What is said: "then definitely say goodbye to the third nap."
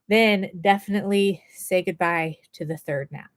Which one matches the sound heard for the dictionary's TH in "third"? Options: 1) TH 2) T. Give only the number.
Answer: 1